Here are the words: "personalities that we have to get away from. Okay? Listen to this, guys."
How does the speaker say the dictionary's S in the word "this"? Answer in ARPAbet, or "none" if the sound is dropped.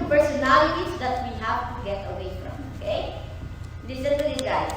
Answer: none